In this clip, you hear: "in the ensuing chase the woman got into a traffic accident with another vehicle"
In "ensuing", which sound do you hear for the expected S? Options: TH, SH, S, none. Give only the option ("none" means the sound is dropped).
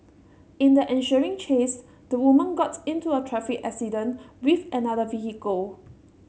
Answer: SH